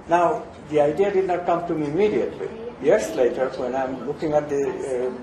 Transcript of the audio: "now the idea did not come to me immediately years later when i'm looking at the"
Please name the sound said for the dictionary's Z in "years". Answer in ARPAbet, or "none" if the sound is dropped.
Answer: S